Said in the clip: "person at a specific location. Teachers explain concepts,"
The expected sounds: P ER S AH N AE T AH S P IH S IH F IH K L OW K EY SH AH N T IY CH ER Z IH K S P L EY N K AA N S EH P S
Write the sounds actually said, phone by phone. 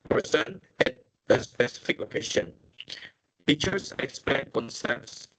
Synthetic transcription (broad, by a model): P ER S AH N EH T AH S P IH S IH F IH K L OW K EY SH AH N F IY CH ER S IH K S P L EY N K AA N S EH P S